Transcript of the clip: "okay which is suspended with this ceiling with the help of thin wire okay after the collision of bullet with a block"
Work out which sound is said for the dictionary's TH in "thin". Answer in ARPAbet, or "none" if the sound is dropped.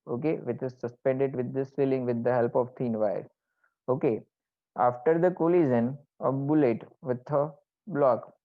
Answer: T